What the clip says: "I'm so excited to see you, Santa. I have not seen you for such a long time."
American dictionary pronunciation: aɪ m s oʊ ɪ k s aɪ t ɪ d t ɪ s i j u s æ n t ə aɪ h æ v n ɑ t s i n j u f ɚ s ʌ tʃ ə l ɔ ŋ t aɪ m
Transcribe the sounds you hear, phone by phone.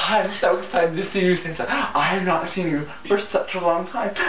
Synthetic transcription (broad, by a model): aɪ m s oʊ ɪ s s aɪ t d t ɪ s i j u θ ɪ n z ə aɪ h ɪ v n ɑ t s i n j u f ɚ s ʌ tʃ ə l ɔ ŋ t aɪ m